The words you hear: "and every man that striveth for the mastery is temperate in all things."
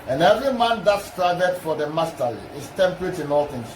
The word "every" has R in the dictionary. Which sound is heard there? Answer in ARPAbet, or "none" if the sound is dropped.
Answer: R